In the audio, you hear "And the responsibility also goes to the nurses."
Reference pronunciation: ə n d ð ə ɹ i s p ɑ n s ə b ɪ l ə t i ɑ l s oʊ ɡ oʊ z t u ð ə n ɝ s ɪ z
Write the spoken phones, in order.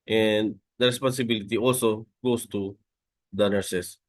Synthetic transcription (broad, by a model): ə n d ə ɹ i s p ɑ n s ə b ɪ l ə t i ɑ l s oʊ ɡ oʊ s t u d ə n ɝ s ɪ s